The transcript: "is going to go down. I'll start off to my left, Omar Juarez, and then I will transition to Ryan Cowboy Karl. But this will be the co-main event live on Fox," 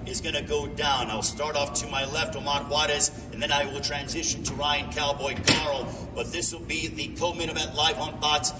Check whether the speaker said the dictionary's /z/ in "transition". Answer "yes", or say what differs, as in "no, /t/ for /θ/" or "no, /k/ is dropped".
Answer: yes